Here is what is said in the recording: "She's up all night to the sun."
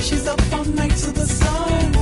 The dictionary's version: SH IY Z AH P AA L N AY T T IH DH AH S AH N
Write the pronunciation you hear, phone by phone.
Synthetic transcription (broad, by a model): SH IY Z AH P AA N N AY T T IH DH AH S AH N